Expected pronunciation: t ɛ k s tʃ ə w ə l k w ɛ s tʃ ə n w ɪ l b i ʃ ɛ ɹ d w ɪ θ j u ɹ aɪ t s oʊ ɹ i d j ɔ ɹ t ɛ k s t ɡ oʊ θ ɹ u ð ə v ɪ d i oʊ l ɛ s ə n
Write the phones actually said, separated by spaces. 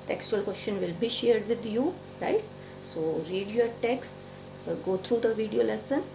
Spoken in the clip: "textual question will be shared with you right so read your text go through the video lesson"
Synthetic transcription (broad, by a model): t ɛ k s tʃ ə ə l k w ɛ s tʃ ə n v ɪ l b i ʃ ɛ ɹ d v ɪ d j u ɹ aɪ t s oʊ ɹ i d j ɔ ɹ t ɛ k s t ɡ oʊ t ɹ u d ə v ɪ d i oʊ l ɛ s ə n